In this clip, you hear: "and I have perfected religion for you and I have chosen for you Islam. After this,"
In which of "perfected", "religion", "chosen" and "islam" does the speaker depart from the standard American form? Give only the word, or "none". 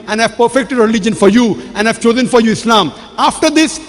none